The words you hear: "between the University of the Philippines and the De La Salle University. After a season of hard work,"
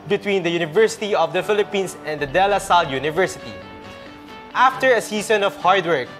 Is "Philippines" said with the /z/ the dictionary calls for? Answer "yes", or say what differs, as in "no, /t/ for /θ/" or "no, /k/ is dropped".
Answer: no, /s/ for /z/